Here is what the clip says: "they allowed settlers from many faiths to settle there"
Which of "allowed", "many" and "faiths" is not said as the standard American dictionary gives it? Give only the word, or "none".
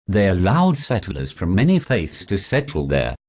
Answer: none